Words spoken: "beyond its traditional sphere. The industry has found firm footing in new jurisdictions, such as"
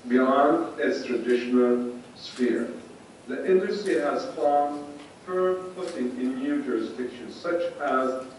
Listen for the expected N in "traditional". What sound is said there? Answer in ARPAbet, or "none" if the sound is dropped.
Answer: N